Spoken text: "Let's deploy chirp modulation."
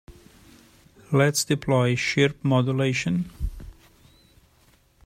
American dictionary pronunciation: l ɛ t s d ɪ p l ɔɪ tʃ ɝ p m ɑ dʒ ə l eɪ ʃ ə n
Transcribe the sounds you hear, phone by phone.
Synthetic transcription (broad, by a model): l ɛ t s d ɪ p l ɔɪ ʃ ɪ p m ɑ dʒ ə l eɪ ʃ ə n